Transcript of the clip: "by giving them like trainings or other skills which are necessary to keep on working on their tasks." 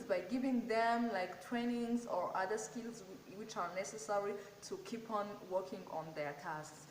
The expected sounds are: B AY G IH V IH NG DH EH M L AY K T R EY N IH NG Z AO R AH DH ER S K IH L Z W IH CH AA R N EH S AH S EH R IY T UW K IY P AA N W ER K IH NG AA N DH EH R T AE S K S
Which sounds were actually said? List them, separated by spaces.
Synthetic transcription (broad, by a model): B AY G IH V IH NG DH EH M L AY K T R EY N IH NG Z AO R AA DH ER S K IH L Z W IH CH AA R N EH S AH S EH R IY T UW K IY P AA N W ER K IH NG AA N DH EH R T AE S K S